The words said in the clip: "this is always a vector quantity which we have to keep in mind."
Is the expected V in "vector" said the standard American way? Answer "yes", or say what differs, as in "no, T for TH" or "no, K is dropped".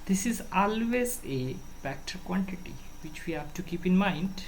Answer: no, P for V